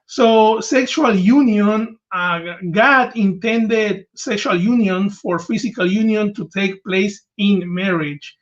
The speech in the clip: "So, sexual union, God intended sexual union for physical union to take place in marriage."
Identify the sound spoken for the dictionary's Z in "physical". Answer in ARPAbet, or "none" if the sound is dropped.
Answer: S